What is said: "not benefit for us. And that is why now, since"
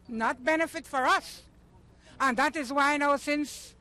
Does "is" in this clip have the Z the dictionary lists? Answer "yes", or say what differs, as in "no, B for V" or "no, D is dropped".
yes